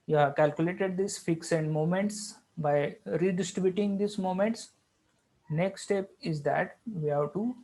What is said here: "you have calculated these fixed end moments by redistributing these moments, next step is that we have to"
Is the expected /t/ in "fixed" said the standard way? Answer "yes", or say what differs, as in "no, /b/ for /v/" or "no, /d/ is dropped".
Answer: no, /t/ is dropped